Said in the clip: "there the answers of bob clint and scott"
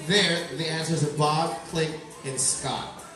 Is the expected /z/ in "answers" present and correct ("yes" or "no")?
yes